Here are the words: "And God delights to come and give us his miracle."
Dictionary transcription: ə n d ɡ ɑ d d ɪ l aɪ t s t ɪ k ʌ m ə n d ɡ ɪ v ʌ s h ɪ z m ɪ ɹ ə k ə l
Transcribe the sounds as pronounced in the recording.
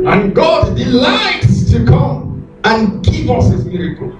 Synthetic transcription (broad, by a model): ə n ɡ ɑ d d ɪ l aɪ t s t ɪ k ʌ m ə n ɡ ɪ v ʌ s h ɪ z m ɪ ɹ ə k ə l